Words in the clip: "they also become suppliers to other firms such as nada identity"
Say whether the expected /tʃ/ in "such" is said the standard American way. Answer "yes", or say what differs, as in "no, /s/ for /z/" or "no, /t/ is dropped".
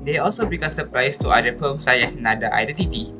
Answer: no, /tʃ/ is dropped